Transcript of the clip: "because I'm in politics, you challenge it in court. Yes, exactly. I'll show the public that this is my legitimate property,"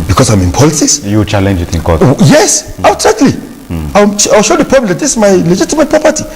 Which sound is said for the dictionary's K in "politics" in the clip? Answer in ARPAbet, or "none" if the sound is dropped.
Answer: none